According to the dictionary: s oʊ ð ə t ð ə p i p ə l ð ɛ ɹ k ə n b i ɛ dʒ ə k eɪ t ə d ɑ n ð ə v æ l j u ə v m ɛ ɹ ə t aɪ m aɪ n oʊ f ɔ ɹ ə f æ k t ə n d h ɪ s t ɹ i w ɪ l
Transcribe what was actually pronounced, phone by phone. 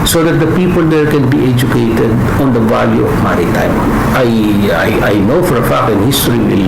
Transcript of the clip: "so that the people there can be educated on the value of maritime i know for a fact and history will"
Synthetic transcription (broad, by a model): s oʊ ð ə t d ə p i p ə l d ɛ ɹ k ə n b i ɛ dʒ ə k eɪ t ə d ɑ n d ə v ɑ l j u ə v m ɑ ɹ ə t aɪ m aɪ n oʊ f ɔ ɹ ə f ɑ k ə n h ɪ s t ɹ i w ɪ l